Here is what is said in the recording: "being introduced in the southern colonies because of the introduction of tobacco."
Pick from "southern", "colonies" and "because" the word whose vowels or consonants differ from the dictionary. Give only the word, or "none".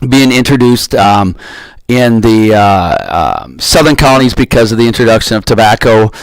none